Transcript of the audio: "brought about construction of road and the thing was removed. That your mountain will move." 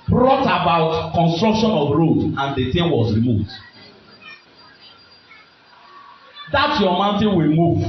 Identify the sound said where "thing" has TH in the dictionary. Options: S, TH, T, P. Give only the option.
T